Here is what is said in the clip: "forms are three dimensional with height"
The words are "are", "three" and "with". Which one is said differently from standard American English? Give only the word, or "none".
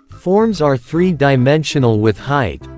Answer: none